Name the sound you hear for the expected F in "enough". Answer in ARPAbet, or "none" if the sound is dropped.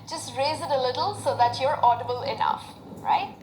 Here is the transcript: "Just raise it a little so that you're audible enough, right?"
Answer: F